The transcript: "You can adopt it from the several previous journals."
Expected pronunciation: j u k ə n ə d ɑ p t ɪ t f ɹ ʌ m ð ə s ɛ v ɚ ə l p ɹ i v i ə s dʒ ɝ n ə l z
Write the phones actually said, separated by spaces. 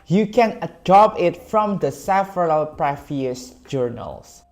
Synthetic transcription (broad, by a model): j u k ə n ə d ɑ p ɪ t f ɹ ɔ m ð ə s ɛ f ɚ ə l p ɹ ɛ f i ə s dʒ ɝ n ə l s